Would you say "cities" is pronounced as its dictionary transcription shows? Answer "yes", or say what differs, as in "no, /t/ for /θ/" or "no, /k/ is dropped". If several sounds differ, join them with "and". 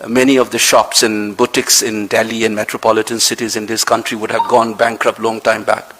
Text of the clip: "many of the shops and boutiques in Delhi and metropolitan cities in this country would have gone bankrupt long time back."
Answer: yes